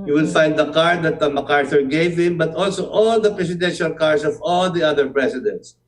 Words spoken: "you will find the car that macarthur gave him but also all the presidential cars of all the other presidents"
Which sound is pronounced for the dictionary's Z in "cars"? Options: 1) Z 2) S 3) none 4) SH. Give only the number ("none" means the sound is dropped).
2